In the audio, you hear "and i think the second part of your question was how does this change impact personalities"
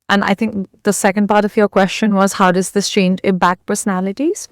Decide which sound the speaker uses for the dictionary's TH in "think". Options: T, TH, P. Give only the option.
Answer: TH